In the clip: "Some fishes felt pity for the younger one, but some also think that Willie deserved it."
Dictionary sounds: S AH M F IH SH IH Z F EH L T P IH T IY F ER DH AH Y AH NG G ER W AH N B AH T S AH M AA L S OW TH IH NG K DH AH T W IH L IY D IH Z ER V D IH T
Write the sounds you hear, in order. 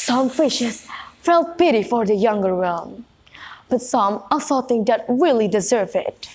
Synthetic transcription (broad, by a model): S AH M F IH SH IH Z F EH L T P IH T IY F ER DH AH Y AH NG G ER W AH L B AH T S AH M AA L S OW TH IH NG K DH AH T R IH L IY D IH Z ER V IH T